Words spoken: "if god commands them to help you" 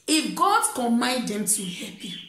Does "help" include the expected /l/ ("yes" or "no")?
no